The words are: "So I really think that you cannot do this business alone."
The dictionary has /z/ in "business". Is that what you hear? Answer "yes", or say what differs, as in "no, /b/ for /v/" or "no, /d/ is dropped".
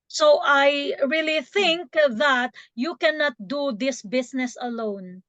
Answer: no, /s/ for /z/